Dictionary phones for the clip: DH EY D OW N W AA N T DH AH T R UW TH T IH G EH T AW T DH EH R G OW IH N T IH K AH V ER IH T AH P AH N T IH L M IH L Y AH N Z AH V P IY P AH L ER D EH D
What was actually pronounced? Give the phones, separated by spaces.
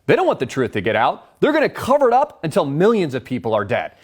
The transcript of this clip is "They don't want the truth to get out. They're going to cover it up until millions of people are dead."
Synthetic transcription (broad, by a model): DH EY D OW N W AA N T DH AH T R UW TH T IH G EH T AW T DH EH R G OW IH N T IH K AH V ER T AH P AH N T IH L M IH L Y AH N Z AH V P IY P L ER D EH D